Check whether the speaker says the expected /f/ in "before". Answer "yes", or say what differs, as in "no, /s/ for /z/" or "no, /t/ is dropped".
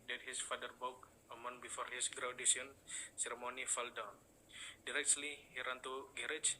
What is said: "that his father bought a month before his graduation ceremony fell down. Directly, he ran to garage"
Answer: yes